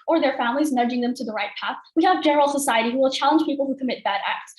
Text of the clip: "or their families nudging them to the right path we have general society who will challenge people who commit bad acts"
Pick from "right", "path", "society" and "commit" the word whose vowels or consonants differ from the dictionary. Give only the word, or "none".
none